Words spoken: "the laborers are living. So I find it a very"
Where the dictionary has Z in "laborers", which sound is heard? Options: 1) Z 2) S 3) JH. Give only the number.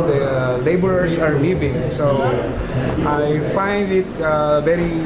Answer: 2